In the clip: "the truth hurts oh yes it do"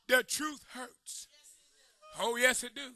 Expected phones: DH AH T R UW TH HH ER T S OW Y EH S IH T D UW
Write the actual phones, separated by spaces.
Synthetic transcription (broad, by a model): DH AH T R UW TH HH ER T S OW Y EH S IH T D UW